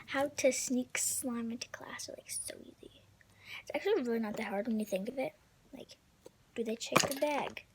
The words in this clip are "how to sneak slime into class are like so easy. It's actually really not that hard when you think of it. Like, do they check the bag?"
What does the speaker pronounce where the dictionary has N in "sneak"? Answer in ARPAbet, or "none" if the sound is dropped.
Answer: N